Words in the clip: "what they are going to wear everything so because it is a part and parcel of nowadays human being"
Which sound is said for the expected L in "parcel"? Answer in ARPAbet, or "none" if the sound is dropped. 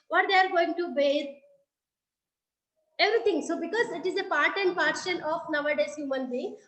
N